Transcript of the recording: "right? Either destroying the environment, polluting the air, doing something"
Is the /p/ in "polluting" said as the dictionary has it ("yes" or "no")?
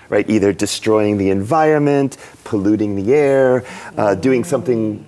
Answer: yes